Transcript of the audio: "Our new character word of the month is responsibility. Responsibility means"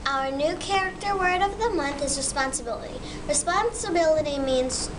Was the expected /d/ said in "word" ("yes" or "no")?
yes